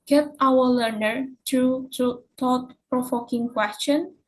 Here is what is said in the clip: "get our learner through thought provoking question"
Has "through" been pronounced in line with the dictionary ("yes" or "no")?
no